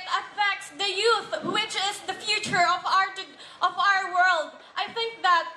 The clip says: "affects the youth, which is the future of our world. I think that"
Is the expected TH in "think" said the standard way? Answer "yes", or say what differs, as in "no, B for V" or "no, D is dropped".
yes